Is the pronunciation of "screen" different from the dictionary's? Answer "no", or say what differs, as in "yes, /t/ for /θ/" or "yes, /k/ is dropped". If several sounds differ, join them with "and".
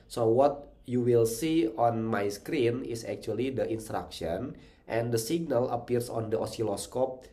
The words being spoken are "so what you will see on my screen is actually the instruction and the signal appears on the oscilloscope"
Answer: no